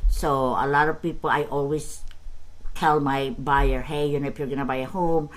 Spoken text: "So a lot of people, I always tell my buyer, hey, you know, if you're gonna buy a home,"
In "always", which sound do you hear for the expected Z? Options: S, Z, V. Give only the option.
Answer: S